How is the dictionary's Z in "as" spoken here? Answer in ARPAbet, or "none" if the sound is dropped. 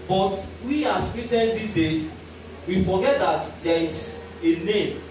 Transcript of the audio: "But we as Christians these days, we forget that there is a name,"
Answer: S